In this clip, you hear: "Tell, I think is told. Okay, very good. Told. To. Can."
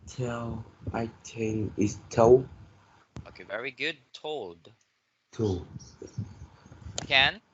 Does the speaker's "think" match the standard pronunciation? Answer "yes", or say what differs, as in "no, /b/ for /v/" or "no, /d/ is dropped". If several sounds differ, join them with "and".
no, /t/ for /θ/